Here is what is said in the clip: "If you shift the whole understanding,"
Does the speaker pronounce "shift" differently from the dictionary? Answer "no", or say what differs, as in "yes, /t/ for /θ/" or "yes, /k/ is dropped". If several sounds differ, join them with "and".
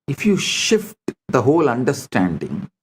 no